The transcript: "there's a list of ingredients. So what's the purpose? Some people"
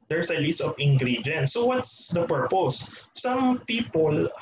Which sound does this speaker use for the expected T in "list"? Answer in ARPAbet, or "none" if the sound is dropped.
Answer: none